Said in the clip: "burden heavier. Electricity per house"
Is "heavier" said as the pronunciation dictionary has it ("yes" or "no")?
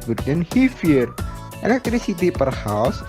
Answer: no